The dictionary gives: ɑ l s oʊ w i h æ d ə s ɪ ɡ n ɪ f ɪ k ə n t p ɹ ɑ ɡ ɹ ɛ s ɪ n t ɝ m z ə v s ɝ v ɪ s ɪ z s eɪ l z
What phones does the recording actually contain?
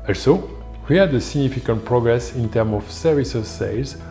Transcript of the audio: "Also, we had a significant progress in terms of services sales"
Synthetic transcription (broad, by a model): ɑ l s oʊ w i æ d ə s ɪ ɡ n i f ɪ k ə n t p ɹ ɑ ɡ ɹ ɛ s ɪ n t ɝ m ə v s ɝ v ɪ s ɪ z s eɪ l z